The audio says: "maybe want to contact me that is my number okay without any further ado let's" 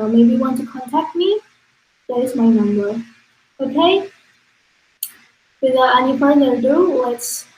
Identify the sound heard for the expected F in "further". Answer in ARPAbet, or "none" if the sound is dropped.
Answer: P